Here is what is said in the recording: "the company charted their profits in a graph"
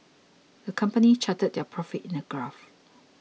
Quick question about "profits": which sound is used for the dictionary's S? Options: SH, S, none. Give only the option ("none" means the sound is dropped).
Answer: none